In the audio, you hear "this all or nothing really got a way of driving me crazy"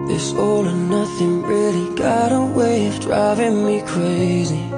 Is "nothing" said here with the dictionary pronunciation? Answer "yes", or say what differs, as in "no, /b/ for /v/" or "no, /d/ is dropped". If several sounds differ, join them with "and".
yes